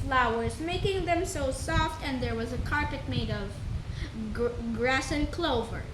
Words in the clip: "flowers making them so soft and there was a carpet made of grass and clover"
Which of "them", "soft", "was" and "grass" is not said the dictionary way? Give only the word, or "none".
none